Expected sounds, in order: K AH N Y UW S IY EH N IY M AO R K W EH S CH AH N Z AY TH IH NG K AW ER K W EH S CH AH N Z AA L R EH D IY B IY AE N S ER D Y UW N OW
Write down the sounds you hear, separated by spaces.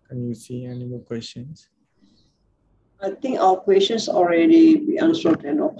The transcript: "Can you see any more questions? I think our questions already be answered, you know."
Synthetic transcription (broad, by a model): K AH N Y UW S IY EH N IY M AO L K W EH S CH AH N S AY T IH NG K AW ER K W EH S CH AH N S AA L R EH D IY B IY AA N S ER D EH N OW